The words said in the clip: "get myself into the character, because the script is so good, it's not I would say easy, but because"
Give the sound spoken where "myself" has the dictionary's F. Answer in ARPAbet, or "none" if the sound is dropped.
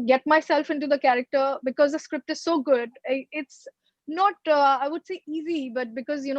F